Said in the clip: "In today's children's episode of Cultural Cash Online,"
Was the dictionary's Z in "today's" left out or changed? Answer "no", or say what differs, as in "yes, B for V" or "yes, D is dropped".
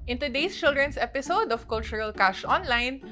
yes, S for Z